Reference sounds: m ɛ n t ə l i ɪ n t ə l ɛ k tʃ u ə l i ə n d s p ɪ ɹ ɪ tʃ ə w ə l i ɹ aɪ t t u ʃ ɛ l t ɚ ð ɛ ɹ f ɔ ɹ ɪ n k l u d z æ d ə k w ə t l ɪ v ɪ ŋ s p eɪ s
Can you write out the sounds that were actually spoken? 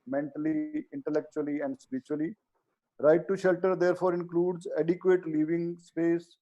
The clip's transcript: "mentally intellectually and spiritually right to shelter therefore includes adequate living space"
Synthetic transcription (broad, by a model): m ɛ n t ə l i ɪ n t ə l ɛ k tʃ u ə l i ə n d s p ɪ ɹ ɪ tʃ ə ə l i ɹ aɪ t t u ʃ ɛ l t ɚ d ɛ ɹ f ɔ ɹ ɪ n k l u d z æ d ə k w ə t l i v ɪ ŋ s p eɪ s